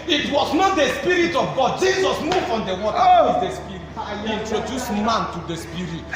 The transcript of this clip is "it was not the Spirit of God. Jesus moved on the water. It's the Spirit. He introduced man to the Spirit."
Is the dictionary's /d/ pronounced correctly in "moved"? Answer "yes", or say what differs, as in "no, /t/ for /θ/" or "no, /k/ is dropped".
no, /d/ is dropped